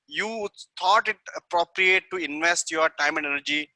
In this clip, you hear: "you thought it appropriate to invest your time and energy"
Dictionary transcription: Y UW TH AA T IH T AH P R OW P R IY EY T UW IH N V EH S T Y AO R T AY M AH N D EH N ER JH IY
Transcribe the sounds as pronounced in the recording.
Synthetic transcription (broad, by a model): Y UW T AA T IH T AH P R OW P R IY EY T UW IH N V EH S T Y AO R T AY M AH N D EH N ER JH IY